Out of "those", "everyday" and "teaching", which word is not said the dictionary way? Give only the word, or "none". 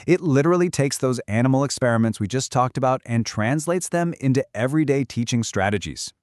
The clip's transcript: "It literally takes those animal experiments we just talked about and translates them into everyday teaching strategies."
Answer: none